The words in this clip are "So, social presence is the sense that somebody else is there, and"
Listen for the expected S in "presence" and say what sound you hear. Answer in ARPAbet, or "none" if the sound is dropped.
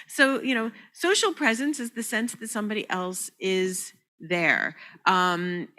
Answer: S